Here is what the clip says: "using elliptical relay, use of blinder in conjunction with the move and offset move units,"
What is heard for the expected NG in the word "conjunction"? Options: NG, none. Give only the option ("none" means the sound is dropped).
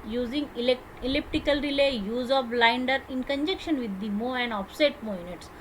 none